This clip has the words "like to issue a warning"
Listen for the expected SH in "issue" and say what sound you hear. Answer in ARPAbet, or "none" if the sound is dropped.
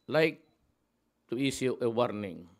S